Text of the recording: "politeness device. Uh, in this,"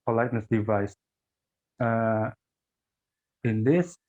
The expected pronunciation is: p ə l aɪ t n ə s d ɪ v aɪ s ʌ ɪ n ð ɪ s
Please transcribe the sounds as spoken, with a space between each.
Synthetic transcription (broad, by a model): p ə l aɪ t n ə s d ɪ v aɪ s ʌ ɪ n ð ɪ s